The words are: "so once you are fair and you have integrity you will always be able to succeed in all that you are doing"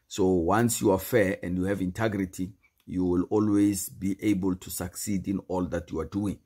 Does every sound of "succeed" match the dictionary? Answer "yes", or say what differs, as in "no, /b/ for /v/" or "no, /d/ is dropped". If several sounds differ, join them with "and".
yes